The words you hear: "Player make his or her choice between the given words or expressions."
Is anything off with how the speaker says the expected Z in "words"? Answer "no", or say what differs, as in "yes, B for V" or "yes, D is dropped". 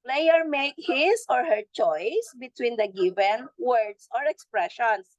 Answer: yes, S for Z